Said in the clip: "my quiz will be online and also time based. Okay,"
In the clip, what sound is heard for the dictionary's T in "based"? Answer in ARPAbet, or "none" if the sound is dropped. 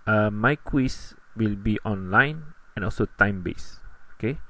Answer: none